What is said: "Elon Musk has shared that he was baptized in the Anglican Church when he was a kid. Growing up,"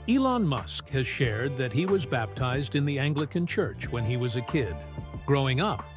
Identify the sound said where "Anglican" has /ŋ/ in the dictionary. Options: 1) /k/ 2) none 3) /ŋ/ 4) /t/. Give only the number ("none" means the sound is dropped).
3